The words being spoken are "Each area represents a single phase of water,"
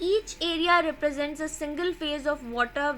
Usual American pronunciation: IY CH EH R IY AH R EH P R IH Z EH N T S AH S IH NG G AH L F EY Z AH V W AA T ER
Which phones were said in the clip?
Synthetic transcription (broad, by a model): IY CH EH R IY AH R EH P R IH Z EH N T S AH S IH NG G AH L F EY Z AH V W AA T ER